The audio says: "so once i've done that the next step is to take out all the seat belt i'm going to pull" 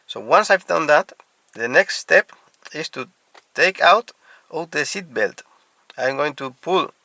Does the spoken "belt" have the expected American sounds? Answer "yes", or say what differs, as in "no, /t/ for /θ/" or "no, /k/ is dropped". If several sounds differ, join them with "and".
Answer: yes